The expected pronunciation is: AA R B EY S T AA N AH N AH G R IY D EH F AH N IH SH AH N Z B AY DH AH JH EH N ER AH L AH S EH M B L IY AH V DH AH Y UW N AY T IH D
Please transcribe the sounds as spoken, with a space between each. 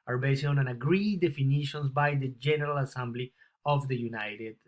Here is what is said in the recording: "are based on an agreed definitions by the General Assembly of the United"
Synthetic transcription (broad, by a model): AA R B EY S AA N AH N AH G R IY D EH F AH N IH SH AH N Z B AY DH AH JH EH N ER AH L AH S EH M B L IY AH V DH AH Y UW N AY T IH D